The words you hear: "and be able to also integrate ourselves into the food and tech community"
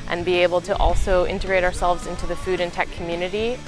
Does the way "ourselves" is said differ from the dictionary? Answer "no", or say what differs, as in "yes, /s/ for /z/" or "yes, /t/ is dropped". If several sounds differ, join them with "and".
no